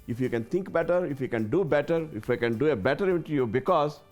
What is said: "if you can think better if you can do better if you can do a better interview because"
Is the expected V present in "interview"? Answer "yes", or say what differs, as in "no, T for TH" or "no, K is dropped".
no, V is dropped